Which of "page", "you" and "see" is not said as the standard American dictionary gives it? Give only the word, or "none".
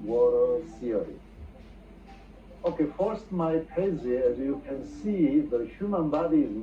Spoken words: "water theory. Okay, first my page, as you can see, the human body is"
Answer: page